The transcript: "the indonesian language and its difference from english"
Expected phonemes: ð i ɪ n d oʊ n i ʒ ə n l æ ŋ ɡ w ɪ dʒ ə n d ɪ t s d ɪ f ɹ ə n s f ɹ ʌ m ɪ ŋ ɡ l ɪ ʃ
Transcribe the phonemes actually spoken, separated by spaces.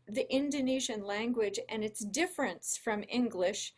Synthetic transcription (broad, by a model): ð i ɪ n d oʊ n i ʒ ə n l æ ŋ ɡ w ɪ dʒ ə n ɪ t s d ɪ f ɹ ə n s f ɹ ʌ m ɪ ŋ ɡ l ɪ ʃ